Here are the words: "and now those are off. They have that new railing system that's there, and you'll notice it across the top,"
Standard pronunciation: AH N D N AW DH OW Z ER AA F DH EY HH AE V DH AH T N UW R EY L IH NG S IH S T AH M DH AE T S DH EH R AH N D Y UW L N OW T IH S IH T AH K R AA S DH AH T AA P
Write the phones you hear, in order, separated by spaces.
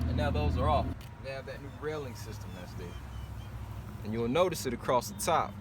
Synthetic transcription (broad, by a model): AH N N AW DH OW Z ER AA F DH EY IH V DH AH T N UW R EY L IH NG S IH S T AH M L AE S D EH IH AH N Y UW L N OW T IH S IH T AH K R AA S DH AH T AA P